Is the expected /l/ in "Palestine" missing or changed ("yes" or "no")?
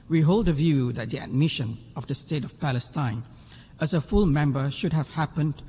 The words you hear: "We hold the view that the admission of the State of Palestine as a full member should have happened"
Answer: no